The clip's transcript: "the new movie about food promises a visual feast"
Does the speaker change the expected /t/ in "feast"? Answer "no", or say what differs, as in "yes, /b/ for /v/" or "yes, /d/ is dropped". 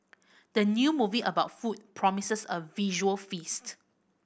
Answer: no